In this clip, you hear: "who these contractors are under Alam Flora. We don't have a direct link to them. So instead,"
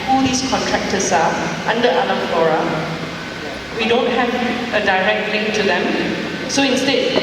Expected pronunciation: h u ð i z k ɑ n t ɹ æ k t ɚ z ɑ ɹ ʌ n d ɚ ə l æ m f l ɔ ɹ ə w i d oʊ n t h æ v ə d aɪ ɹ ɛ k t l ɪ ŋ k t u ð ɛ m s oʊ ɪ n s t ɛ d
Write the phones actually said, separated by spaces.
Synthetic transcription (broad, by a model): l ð i s k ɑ n t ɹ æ k t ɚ s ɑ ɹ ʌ n d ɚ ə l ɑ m f l ɔ ɹ ə w i d oʊ n t h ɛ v ə d aɪ ɹ ɛ k t l ɪ ŋ k t u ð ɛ m s oʊ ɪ n s t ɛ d